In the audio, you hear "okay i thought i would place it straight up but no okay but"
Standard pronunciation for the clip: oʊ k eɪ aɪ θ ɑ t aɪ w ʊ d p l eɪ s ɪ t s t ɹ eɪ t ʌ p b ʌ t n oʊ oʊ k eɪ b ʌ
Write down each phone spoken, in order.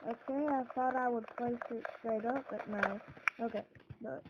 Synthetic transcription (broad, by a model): oʊ k eɪ aɪ θ ɑ t aɪ w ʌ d p l eɪ s ɪ t s t ɹ eɪ t ʌ p b ʌ t n oʊ oʊ k eɪ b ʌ